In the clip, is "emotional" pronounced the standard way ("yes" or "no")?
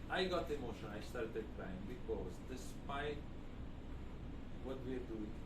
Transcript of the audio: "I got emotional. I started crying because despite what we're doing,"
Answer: no